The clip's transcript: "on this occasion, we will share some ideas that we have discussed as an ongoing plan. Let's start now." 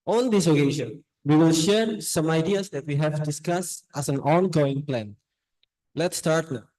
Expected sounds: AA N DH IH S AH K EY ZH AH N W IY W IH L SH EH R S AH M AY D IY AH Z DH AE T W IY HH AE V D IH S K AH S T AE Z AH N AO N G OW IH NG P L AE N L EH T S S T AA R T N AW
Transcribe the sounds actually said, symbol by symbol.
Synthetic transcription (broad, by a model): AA N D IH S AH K EY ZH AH N W IY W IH L SH EH R S AH M AY D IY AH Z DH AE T W IY HH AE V D IH S K AH S T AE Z AH N AO N G OW IH NG P L AE N L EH T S S T AA R T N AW